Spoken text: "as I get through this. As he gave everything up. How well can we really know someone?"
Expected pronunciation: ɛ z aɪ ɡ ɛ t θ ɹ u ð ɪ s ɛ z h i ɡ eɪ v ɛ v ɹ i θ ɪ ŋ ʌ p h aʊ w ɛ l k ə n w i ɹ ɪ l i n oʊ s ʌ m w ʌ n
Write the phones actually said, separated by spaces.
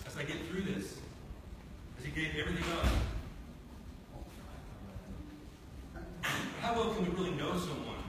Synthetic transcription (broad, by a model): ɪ z aɪ ɡ ɛ t θ ɹ u ð ɪ s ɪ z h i ɡ eɪ v ɛ v ɹ i θ ɪ ŋ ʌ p h aʊ w ɛ l k ə n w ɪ ɹ ɪ l i n oʊ s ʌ m w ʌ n